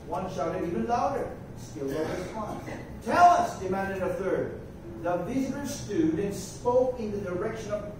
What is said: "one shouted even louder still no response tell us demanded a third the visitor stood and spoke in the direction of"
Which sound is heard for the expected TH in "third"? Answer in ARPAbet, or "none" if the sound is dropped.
TH